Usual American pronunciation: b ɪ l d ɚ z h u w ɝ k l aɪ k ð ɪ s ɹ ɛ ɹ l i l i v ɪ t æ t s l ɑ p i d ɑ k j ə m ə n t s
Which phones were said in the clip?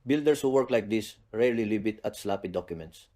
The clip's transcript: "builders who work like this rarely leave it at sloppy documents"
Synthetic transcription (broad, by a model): b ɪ l d ɚ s h u w ɝ k l aɪ k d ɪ s ɹ ɛ ɹ l i l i b ɪ t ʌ t s l ɑ p i d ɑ k j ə m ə n t s